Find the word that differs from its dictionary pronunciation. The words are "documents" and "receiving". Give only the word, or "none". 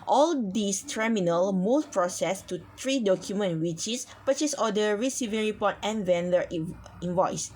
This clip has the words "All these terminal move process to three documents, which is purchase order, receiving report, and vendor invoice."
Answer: documents